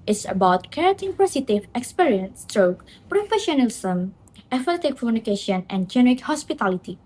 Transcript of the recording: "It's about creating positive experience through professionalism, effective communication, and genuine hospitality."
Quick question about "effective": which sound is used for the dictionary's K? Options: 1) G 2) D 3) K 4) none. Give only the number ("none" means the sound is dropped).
4